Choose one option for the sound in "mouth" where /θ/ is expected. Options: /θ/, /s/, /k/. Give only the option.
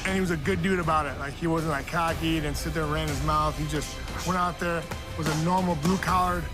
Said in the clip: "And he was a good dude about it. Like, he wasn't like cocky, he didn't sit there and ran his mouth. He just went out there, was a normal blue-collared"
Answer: /θ/